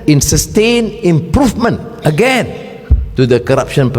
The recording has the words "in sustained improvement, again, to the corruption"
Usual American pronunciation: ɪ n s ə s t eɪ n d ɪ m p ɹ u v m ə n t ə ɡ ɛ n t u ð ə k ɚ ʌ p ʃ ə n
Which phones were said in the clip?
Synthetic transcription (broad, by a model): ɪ n s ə s t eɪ n ɪ m p ɹ u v m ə n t ə ɡ ɛ n t u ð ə k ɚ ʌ p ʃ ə n